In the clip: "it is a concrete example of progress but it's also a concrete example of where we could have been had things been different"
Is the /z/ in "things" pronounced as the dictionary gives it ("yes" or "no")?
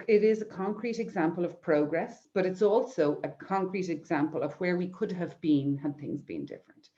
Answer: yes